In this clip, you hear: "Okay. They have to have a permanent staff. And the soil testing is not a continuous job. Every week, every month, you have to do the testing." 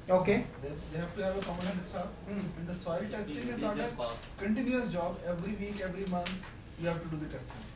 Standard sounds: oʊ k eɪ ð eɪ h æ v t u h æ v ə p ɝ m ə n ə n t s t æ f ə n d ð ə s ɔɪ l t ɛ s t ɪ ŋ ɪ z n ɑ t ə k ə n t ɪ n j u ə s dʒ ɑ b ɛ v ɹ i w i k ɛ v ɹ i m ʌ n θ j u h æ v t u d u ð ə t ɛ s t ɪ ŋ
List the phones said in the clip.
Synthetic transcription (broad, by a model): oʊ k eɪ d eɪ h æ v t u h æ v ə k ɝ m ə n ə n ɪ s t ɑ ə n d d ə s ɔɪ l t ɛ s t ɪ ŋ ɪ z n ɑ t ə k ə n t ɪ n j u ə s dʒ ɑ b ɛ v ɹ i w i k ɛ v ɹ i m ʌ n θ j u h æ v t u d u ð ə t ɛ s t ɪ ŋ